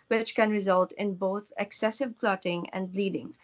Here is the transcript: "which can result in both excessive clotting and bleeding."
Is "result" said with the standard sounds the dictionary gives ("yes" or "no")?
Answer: yes